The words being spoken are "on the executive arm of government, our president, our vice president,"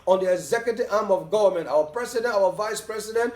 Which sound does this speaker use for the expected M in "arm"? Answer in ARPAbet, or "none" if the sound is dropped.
M